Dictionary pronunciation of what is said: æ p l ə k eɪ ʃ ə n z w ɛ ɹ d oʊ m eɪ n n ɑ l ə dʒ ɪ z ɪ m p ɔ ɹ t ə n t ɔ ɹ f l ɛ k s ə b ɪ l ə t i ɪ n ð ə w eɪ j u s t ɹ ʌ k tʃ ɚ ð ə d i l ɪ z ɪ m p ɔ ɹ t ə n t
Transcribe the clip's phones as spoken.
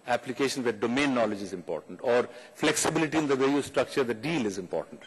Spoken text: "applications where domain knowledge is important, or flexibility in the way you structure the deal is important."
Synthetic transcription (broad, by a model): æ p l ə k eɪ ʃ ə n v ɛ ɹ d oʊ m eɪ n n ɑ l ə dʒ ɪ z ɪ m p ɔ ɹ t ə n t ɔ ɹ f l ɛ k s ə b ɪ l ə t i ɪ n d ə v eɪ j u s t ɹ ʌ k tʃ ɚ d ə d i l ɪ z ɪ m p ɔ ɹ t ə n t